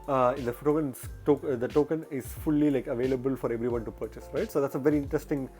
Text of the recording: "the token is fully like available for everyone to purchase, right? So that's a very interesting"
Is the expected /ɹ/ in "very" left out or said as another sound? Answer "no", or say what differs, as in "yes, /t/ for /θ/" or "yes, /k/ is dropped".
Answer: no